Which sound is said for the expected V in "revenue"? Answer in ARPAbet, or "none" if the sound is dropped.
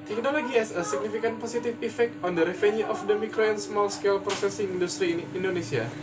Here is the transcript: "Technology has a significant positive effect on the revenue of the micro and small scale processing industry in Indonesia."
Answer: F